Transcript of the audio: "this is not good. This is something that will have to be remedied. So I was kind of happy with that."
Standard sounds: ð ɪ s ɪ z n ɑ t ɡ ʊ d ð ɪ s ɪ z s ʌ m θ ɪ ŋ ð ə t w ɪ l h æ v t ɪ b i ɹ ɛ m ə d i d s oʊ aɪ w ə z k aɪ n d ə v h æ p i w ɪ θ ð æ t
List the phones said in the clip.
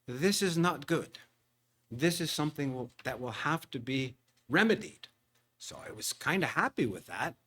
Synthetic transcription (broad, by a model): ð ɪ s ɪ z n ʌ t ɡ ʊ d ð ɪ s ɪ z s ʌ m θ ɪ ŋ ð ə t w ɪ l h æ f t ɪ b i ɹ ɛ m ə d i d s oʊ aɪ w ə z k aɪ n d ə h æ p i w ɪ ð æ t